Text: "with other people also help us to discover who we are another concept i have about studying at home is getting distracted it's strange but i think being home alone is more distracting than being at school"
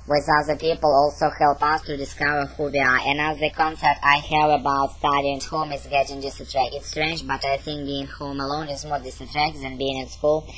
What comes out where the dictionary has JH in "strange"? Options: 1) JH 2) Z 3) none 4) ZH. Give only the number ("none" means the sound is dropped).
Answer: 1